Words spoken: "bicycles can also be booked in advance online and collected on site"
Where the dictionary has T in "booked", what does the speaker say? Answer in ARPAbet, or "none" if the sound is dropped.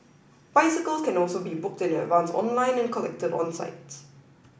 T